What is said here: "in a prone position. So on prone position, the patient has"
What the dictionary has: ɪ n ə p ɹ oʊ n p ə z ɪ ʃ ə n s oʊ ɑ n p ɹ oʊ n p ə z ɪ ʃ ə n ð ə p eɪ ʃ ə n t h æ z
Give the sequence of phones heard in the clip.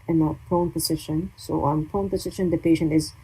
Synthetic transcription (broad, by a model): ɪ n ə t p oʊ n p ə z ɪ ʃ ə n s oʊ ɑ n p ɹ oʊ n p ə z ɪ ʃ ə n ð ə p eɪ ʃ ə n t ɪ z